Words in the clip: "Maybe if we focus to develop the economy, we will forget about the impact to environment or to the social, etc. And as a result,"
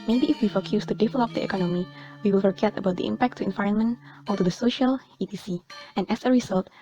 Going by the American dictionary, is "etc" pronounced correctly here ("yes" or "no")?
no